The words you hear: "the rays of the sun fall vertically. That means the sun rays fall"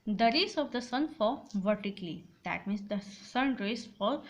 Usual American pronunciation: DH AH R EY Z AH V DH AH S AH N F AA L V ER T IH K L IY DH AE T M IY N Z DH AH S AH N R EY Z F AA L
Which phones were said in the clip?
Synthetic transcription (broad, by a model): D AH R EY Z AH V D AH S AH N F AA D V ER T IH K L IY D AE T M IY N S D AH S AH N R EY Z F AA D